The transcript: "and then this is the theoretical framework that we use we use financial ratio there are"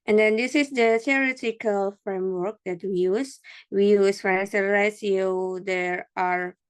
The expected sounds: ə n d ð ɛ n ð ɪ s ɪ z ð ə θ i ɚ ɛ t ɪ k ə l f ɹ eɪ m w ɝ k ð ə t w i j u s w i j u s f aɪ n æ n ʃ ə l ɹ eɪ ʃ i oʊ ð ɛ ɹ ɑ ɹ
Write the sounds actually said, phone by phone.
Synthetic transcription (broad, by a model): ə n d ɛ n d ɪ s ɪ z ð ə t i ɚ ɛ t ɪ k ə l f ɹ eɪ m w ɝ k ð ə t w i j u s w i j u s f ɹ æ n s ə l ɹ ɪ s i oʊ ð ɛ ɹ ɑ ɹ